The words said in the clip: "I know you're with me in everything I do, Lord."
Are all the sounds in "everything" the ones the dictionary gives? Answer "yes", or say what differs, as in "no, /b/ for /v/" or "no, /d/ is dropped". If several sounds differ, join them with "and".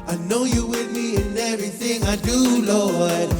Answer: yes